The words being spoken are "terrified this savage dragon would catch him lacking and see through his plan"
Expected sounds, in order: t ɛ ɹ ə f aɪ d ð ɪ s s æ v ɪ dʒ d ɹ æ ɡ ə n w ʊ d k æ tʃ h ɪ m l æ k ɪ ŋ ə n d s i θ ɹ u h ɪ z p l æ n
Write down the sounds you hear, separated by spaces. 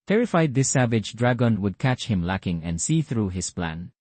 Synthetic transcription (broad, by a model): t ɛ ɹ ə f aɪ d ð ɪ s s æ v ɪ dʒ d ɹ æ ɡ ə n w ʊ d k æ tʃ h ɪ m l æ k ɪ ŋ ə n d s i θ ɹ u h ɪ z p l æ n